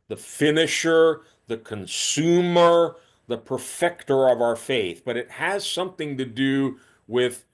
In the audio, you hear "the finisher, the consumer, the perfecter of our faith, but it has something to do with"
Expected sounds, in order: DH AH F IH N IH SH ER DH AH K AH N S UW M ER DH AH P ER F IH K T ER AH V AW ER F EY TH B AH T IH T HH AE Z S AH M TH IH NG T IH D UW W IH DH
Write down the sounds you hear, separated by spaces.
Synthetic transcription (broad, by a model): DH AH F IH N IH SH ER DH AH K AH N S UW M ER DH AH P ER F IH K T ER AH V AW ER F EY TH B AH T IH T HH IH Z S AH M TH IH NG T IH D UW W IH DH